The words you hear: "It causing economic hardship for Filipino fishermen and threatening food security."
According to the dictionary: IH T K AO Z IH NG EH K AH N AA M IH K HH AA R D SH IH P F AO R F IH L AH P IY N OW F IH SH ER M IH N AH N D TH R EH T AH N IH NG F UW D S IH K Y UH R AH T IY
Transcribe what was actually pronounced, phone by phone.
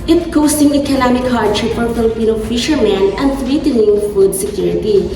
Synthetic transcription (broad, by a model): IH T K AO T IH NG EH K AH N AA M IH K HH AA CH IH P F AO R F IH L AH P IY N OW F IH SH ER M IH N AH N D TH R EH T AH N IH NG F UW D S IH K Y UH R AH T IY